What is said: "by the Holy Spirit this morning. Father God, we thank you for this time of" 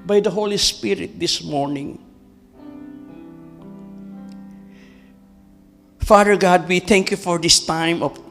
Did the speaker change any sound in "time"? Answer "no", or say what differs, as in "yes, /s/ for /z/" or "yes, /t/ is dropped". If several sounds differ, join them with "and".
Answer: no